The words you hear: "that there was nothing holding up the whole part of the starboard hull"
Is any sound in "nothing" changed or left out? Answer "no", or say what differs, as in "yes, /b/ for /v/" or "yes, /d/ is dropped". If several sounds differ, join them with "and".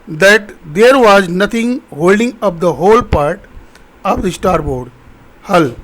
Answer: yes, /t/ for /θ/